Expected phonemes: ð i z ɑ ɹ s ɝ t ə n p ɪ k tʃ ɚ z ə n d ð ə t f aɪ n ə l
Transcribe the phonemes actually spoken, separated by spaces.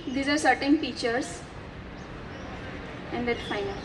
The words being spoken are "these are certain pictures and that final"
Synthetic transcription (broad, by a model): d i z ɑ ɹ s ɝ t ə n f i tʃ ɚ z ə n d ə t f aɪ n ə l